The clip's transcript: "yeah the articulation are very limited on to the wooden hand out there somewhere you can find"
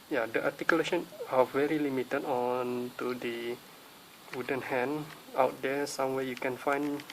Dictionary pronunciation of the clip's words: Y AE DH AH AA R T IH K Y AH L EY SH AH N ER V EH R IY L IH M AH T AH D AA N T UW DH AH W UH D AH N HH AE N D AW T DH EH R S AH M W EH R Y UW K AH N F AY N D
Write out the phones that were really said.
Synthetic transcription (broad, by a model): Y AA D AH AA T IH K Y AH L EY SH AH N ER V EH R IY L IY M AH T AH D AA N T UW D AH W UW D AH N HH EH N AW T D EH S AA M W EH Y UW K AH N F AY N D